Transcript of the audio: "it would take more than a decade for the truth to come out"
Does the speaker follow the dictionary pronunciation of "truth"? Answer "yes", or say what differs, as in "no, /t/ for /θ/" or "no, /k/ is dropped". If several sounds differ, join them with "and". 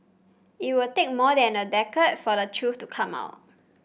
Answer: no, /f/ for /θ/